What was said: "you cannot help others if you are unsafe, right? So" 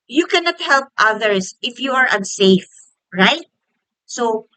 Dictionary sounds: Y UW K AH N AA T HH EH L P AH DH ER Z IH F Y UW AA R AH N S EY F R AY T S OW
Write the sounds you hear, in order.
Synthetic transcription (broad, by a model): Y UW K AH N AA T HH EH L P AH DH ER S IH F Y UW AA R AH N S EY F R AY T S OW